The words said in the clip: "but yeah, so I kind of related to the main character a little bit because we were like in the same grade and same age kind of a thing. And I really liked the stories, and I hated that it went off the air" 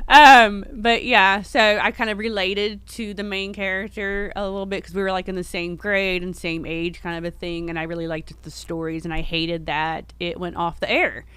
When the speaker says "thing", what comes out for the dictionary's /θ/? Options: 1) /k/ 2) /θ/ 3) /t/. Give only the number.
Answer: 2